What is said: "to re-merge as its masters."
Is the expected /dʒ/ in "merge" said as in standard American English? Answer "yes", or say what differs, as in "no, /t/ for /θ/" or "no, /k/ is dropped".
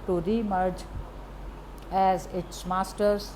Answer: yes